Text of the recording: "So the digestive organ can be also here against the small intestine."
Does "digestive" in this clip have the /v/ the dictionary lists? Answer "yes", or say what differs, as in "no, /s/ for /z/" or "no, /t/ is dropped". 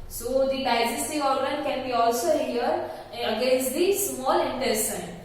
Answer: no, /v/ is dropped